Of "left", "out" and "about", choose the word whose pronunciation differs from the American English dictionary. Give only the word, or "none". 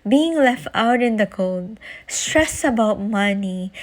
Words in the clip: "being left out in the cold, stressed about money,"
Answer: none